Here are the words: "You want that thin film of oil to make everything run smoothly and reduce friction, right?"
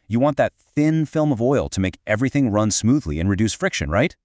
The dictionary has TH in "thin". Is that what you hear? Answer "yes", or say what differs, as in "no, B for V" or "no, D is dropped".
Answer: yes